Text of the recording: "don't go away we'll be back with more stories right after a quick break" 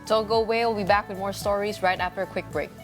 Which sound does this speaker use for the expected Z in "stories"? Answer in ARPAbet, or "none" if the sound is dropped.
Z